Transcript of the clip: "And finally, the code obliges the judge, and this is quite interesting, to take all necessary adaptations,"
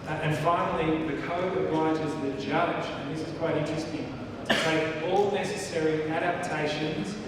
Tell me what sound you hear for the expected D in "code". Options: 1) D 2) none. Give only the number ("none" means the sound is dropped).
2